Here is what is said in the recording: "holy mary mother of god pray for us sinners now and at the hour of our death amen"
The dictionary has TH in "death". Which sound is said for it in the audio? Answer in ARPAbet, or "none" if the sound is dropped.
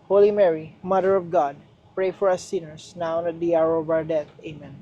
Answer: T